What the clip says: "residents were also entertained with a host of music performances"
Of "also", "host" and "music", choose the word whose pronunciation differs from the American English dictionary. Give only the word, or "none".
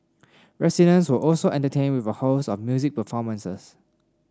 host